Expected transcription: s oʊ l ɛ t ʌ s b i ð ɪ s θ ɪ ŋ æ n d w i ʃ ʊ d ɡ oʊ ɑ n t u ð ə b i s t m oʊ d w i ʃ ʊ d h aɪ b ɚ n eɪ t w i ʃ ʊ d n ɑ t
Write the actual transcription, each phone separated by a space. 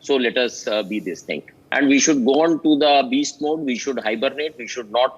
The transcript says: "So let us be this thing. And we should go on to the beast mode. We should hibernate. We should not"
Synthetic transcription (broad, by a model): s oʊ l ɛ t ʌ s b i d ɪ s t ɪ ŋ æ n d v i ʃ ʊ d ɡ oʊ ɑ n t u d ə b i s t m oʊ d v i ʃ ʊ d h aɪ b ɚ n eɪ t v i ʃ ʊ d n ɑ t